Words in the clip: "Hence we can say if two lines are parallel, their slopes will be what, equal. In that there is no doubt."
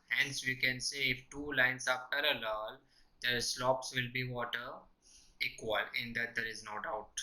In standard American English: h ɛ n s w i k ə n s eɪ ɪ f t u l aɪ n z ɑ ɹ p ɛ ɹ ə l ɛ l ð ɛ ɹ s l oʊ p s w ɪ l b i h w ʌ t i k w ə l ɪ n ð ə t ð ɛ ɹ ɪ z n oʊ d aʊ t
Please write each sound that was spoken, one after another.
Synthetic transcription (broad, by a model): h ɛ n s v i k ə n s eɪ ɪ f t u l aɪ n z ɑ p p ɛ ɹ ə l ɛ l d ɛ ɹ s l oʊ p s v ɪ l b i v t ʌ t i k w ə l ɪ n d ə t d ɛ ɹ ɪ z n oʊ d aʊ t